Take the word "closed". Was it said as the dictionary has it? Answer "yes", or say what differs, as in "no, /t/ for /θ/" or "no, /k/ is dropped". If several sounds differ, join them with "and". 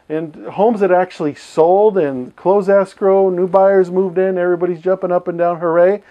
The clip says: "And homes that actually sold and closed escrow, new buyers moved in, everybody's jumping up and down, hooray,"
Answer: no, /d/ is dropped